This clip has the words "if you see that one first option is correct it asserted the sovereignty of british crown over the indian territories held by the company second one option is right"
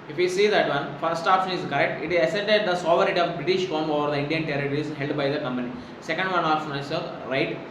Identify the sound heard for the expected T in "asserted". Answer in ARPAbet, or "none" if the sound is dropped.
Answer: S